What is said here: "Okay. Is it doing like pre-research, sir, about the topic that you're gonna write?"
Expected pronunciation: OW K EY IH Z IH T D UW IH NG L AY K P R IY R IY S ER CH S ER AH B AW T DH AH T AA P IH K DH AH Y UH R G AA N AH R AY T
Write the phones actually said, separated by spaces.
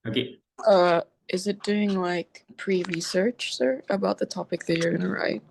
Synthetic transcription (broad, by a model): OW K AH IH Z IH T D UW IH NG L AY K P R IY R IY S ER CH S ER AH B AW T DH AH T AA P IH K DH AH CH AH R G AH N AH R AY T